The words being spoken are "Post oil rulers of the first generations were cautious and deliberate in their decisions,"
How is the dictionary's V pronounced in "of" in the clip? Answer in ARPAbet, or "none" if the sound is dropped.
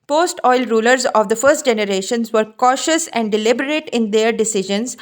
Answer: V